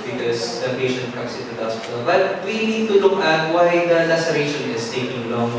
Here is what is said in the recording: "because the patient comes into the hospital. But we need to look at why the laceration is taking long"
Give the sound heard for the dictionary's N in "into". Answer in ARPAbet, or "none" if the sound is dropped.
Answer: none